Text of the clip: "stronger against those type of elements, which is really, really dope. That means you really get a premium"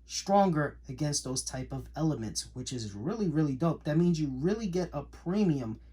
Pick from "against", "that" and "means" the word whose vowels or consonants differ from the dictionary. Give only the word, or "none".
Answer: none